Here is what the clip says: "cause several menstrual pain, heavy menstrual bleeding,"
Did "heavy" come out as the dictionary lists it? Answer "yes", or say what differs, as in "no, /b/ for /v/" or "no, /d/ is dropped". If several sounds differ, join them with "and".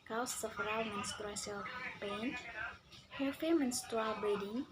no, /f/ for /v/